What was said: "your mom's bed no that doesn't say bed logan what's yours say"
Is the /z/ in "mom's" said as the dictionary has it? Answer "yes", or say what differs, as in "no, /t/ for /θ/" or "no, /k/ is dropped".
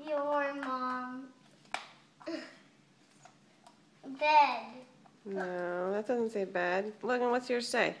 no, /z/ is dropped